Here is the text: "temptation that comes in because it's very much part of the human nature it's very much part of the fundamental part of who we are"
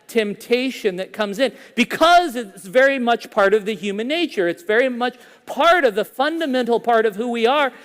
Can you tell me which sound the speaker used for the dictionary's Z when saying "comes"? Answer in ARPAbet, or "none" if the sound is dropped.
Z